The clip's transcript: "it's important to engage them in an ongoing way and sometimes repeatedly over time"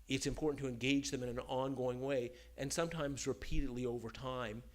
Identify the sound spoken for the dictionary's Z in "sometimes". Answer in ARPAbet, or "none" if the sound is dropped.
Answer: Z